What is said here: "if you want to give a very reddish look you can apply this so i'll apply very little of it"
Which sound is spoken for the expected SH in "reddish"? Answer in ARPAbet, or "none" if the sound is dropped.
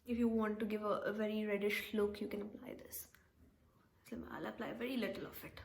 SH